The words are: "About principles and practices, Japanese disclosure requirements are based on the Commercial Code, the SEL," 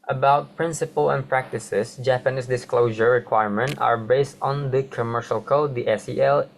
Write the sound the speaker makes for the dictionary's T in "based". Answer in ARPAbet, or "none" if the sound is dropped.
T